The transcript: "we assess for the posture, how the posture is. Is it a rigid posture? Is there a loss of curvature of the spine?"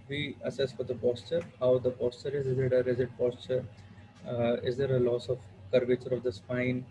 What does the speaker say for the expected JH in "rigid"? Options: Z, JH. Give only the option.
Z